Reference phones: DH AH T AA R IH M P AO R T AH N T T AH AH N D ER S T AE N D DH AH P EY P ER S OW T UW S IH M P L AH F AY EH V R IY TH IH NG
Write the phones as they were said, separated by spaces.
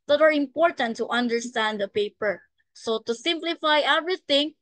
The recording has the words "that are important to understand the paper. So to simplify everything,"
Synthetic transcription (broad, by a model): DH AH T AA R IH M P AO R T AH N T T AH AH N D ER S T AE N D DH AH P EY P ER S OW T UW S IH M P L AH F AY EH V R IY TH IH NG